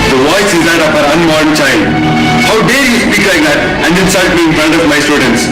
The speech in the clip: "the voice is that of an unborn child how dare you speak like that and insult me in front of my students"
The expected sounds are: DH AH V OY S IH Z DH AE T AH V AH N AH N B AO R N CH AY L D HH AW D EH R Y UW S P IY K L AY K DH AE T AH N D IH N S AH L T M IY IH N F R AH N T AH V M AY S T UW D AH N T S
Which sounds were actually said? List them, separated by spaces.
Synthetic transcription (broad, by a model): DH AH V OY S IH Z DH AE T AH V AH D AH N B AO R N CH AY L D HH AW D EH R Y UW S P IY K L AY K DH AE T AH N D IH L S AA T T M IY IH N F R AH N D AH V M AY S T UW D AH N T S